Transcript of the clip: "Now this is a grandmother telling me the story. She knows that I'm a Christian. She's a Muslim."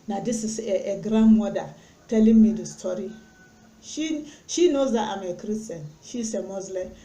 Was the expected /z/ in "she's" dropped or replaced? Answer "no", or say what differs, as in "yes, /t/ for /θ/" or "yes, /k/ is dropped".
yes, /s/ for /z/